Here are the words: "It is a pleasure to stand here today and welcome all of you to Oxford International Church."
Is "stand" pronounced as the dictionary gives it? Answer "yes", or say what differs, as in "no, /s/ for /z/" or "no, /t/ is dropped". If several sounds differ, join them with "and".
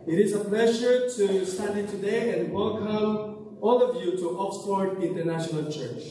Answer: no, /n/ is dropped